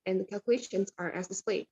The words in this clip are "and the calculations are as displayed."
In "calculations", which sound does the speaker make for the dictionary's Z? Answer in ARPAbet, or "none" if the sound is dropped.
Z